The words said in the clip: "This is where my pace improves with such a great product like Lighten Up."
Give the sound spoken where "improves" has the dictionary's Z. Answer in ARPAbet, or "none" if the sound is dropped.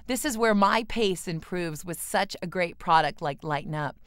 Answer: Z